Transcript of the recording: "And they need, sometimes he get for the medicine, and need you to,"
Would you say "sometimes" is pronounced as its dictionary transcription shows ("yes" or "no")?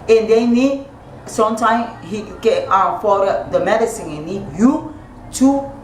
no